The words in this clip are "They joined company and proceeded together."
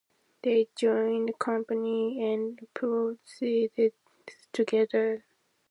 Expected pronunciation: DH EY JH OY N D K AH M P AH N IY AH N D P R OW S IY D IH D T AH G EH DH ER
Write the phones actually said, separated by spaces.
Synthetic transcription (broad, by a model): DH EY JH OY N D K AH M P AH N IY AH N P OW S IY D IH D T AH G EH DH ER